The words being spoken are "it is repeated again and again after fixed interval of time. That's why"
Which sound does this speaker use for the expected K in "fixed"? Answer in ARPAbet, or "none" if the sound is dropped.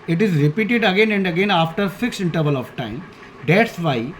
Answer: K